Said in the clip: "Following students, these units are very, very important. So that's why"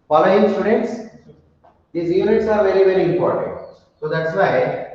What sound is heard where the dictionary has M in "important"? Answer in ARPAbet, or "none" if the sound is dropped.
M